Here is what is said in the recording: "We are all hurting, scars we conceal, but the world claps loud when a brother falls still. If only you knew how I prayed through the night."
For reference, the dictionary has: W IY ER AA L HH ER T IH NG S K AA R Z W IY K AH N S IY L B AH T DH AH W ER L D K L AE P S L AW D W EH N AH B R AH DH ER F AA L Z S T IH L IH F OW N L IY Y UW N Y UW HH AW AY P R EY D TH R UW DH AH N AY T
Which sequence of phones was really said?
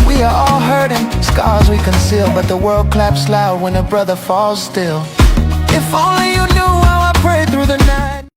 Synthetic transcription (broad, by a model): W IY ER AA L HH ER T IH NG S K AA R Z W IY K AH N S IY L B AH T DH AH W ER L D K L AE P S L AW D W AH N AH B R AH DH ER F AA L Z S T IH L IH F OW N L IY Y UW N Y UW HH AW AY P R EY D TH R UW DH AH N AY T